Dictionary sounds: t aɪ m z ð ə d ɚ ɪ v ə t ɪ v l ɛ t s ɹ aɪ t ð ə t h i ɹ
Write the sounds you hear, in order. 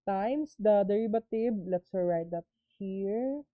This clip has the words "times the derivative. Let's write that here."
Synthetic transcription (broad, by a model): t aɪ m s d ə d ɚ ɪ b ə t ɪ b l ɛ t s ɹ aɪ t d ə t h i ɹ